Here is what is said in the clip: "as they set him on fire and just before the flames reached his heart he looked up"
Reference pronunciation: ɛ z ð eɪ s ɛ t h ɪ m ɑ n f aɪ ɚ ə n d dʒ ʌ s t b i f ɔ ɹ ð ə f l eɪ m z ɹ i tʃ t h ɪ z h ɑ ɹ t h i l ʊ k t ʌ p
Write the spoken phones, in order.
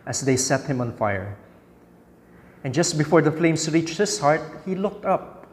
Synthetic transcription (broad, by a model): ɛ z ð eɪ s ɛ t h ɪ m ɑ n f aɪ ɚ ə n dʒ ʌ s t b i f ɔ ɹ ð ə f l eɪ m s ɹ i tʃ t h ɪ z h ɑ ɹ t h i l ʊ k t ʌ p